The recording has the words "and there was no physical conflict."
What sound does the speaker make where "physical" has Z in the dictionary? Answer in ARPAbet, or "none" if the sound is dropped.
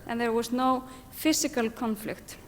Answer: S